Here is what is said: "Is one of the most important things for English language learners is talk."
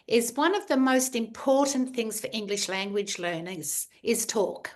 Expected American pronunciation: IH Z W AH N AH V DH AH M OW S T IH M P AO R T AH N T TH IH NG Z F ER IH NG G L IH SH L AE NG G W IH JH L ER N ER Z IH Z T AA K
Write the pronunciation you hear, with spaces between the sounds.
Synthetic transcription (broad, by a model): IH Z W AH N AH V DH AH M OW S T IH M P AO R T N TH IH NG Z F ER IH NG G L IH SH L AE NG G W IH JH L ER N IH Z IH Z T AA K